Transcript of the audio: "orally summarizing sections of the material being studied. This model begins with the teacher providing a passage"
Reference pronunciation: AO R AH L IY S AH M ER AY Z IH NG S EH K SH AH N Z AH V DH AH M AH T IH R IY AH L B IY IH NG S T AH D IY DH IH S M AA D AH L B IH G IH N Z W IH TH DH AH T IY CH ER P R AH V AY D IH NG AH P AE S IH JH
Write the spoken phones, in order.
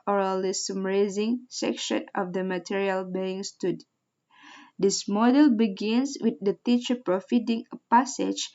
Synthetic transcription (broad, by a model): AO R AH L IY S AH M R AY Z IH NG S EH K SH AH N AH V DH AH M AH T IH R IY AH L B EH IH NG S T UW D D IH S M AA D AH L B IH G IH N S W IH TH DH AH T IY CH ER P R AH F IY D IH NG AH P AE S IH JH